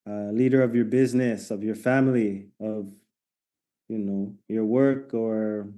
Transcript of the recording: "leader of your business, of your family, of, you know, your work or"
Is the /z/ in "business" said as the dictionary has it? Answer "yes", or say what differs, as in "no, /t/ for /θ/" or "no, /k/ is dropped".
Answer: yes